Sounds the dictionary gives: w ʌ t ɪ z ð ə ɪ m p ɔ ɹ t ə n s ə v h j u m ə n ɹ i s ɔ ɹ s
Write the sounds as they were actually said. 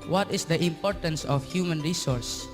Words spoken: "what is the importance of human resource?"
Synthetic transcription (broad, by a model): w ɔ t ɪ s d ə ɪ m p ɔ ɹ t ə n s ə f h j u m ə n ɹ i s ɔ ɹ s